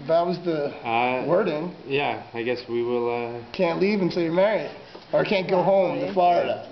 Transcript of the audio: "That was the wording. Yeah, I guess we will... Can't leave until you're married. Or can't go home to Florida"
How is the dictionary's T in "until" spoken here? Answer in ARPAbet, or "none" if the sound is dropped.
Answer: S